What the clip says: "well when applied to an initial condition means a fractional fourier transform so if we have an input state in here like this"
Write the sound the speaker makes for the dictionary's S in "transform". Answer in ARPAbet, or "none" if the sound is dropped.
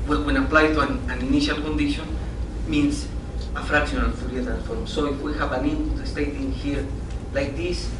none